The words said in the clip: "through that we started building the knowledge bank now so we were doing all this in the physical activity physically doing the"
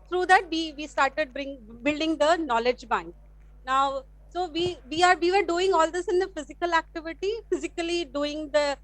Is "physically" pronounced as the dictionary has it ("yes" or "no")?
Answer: yes